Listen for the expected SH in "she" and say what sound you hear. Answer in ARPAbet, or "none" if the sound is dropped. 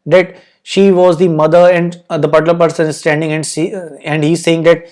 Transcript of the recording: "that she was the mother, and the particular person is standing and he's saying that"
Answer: SH